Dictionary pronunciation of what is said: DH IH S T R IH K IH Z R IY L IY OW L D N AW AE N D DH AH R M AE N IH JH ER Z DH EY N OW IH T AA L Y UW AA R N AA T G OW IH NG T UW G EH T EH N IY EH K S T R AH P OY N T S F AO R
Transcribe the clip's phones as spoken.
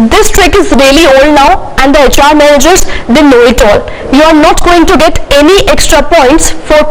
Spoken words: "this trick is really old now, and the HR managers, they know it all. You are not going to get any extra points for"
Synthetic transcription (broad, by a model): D IH S T R IH K IH Z R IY L IY OW L D N AW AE N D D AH R M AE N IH JH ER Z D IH N OW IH T AA L Y UW AA R N AA T G OW IH NG T UW G EH T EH N IY EH K S T R AH P OY N T S F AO R